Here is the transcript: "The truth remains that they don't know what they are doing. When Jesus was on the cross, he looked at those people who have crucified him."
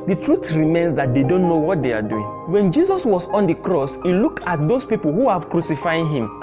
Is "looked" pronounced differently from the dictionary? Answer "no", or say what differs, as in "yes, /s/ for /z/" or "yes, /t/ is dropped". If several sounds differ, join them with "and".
yes, /t/ is dropped